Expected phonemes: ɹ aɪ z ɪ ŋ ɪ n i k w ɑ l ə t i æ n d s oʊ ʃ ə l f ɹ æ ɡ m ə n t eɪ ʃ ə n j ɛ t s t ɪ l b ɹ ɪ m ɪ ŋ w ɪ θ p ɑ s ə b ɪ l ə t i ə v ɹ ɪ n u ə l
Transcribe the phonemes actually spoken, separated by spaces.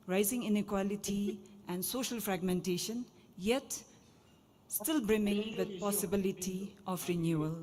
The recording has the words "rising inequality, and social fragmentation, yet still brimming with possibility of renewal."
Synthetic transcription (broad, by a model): ɹ aɪ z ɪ ŋ ɪ n i k w ɑ l ə t i æ n d s oʊ ʃ ə l f ɹ æ ɡ m ə n t eɪ ʃ ə n j ɛ t s t ɪ l b ɹ ɪ m ɪ ŋ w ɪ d p ɑ s ə b ɪ l ə t i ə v ɹ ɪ n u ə l